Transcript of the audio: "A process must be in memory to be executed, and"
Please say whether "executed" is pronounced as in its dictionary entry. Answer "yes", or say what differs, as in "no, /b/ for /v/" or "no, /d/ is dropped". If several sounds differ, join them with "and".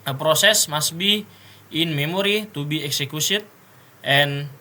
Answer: no, /s/ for /t/